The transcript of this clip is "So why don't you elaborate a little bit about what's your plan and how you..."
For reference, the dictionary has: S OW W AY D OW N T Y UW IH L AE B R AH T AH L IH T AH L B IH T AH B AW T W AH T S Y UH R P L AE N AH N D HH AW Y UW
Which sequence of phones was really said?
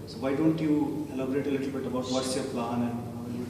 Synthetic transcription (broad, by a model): S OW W AY D OW N T Y UW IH L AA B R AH T AH L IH T L B IH T AH B AW T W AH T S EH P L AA AH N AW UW